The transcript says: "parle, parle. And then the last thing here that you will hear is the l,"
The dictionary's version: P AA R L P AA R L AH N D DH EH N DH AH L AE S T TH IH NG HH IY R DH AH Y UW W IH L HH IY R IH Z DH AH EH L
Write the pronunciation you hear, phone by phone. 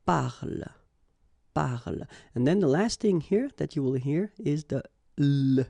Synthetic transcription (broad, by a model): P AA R L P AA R L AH N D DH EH N DH AH L AE S T TH IH NG HH IY R DH AH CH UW W IH L HH IY R IH Z DH AH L